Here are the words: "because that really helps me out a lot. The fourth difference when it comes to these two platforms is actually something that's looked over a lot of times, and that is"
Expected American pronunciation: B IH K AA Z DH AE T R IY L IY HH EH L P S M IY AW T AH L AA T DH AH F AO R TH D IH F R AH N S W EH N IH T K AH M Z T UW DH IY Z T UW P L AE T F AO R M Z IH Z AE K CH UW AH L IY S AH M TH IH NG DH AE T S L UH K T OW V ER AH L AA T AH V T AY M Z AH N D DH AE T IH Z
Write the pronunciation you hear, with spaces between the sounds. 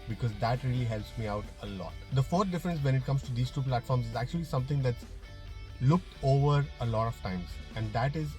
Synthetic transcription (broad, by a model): B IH K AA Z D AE T R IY L IY HH EH L P S M IY AW T AH L AA T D AH F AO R D IH F R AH N S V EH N IH T K AH M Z T UW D IY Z T UW P L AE T F AO R M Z IH Z AE K CH UW AH L IY S AH M T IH NG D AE T S L UH K T OW V ER AH L AA T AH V T AY M Z AH N D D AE T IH Z